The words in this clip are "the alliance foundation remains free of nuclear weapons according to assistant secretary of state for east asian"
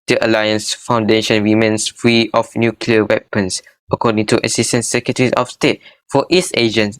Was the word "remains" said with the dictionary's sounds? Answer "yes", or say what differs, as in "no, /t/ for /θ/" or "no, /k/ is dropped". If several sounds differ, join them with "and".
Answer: no, /w/ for /ɹ/ and /s/ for /z/